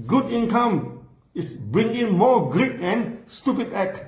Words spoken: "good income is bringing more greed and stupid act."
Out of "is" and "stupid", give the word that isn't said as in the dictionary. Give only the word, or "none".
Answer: is